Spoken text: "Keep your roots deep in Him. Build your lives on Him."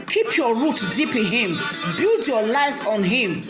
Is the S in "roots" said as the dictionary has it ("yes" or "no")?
no